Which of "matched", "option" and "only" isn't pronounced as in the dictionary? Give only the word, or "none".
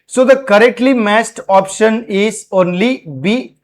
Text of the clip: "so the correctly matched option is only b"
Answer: matched